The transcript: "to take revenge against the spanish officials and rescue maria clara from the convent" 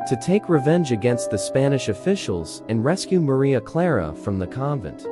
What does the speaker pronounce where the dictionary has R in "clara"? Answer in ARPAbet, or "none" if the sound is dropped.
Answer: R